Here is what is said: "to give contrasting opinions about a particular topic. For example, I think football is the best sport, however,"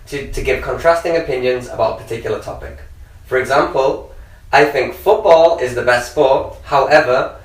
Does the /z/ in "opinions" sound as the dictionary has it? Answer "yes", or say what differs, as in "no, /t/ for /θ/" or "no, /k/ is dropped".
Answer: yes